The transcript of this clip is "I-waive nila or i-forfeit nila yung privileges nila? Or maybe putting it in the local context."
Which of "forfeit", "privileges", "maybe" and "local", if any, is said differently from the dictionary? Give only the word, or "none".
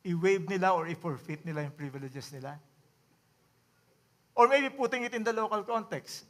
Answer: privileges